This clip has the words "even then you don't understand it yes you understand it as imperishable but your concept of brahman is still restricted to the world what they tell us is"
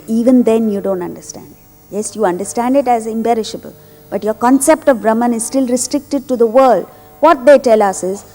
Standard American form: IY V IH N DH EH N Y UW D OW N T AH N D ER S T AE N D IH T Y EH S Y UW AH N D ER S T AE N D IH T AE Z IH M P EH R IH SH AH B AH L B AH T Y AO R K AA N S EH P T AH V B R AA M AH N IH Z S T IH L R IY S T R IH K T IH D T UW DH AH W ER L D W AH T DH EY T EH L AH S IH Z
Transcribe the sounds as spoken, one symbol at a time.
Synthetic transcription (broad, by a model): IY V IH N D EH N Y UW D OW N T AH N D ER S T AE N D IH T Y EH S Y UW AH N D ER S T AE N D IH T AE Z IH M B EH R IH SH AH B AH L B AH T Y AO R K AA N S EH P T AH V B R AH M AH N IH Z S T IH L R IY S T R IH K T IH D T UW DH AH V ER L D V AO T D EY T EH L AH S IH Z